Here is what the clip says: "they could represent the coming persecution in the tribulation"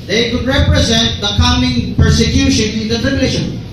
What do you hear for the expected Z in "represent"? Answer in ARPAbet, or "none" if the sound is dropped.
Z